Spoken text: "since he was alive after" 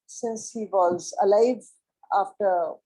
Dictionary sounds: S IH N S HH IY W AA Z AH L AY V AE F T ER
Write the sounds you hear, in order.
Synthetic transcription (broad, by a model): S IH N S HH IY W AA Z AH L AY V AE F T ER